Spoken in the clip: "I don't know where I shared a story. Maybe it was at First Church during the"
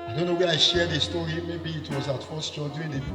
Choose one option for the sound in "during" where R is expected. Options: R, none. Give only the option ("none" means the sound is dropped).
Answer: none